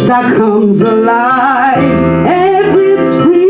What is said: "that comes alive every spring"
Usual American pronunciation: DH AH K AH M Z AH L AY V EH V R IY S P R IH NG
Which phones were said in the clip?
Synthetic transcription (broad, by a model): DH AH K AH M Z AH L AY V EH V R IY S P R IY